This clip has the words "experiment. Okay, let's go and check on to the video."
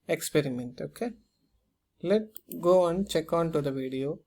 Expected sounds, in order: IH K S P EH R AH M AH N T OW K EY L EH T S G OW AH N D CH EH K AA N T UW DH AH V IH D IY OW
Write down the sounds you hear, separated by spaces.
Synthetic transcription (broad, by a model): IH K S P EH R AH M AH N T OW K EY L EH T G OW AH N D CH EH K AA N T UW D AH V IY D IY OW